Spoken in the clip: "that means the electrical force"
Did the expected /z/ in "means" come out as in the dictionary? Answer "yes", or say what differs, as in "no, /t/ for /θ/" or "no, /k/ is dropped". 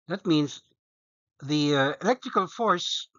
yes